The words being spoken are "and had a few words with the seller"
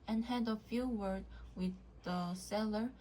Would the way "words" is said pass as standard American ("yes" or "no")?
no